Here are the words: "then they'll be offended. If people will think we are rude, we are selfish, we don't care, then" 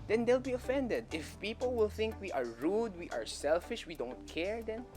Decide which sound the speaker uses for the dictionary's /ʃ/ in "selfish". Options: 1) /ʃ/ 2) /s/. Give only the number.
1